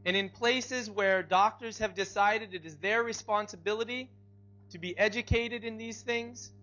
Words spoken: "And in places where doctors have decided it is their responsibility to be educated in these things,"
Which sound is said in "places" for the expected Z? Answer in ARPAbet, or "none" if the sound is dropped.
Z